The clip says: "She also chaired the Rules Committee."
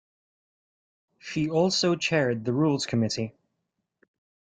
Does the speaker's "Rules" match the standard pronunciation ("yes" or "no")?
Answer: yes